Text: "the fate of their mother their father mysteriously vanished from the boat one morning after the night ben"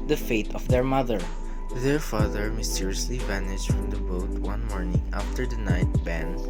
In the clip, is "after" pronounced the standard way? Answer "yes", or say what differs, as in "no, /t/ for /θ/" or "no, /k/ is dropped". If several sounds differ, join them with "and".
yes